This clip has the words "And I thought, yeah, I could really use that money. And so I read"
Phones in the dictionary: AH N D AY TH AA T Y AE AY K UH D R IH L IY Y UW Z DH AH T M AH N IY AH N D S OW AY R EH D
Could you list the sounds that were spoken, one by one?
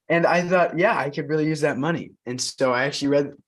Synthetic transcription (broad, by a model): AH N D AY TH AA T Y AE AY K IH D R IH L IY Y UW Z DH AH T M AH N IY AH N S OW AY R EH D